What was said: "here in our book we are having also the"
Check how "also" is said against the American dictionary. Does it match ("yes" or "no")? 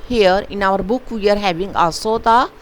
no